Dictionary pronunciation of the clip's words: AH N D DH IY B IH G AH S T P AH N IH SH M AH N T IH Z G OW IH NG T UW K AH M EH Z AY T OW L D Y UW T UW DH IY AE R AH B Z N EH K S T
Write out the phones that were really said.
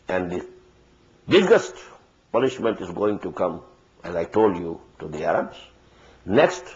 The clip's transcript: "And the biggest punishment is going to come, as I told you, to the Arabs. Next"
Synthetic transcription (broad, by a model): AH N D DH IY B IH G AH S T P AH N IH SH M AH N T IH Z G OW IH NG T UW K AH M EH Z AY T OW L D Y UW T UW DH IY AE R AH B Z N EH K S T